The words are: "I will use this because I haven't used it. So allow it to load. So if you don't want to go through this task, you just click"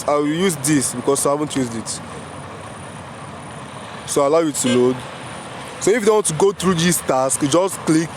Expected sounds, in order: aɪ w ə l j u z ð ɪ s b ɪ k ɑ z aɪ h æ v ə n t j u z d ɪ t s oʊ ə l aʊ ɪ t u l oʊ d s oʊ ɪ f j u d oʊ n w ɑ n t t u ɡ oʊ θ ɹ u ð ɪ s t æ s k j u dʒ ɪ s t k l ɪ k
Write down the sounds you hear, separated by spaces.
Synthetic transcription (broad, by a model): aɪ w ə l j u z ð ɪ s b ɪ k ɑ s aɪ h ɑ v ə n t j u z d ɪ t s oʊ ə l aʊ ɪ t u l oʊ d s oʊ ɪ f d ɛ w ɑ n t t u ɡ oʊ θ ɹ u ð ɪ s t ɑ s k dʒ ɪ s t k l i k